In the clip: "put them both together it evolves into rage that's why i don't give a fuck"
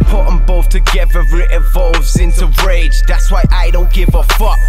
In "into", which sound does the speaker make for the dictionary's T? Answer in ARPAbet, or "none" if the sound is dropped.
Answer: S